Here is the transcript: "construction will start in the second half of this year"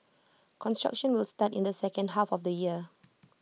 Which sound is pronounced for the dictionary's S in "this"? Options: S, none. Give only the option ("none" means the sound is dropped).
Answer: none